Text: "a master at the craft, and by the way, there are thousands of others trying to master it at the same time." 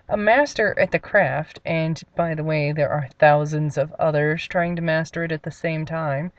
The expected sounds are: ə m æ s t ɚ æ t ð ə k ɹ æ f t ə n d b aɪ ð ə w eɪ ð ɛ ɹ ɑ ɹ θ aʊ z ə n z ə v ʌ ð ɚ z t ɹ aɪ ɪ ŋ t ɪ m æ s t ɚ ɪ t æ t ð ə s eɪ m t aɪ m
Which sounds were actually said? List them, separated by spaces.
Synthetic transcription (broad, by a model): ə m æ s t ɚ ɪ t ð ə k ɹ æ f t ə n b aɪ ð ə w eɪ ð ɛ ɹ ɑ ɹ θ aʊ z ə n z ə v ʌ ð ɚ z t ɹ aɪ ɪ ŋ t ɪ m æ s t ɚ ɪ t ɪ t ð ə s eɪ m t aɪ m